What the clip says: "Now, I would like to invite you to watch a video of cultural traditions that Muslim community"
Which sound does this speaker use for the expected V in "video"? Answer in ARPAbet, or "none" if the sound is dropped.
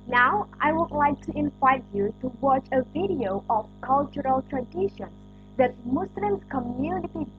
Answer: V